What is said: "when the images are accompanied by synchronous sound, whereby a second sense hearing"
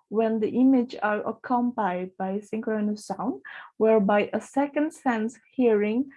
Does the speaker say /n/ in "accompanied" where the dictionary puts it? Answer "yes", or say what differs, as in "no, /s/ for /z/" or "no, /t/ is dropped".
no, /n/ is dropped